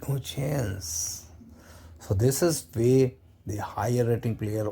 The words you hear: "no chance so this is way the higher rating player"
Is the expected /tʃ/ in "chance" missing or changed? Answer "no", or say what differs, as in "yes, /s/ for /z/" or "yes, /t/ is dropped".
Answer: no